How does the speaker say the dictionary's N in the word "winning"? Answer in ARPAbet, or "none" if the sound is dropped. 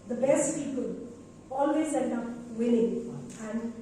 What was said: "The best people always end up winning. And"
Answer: L